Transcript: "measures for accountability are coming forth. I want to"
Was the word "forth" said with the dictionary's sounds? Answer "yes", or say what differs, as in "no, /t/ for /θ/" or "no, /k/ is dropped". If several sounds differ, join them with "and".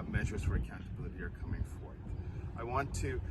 yes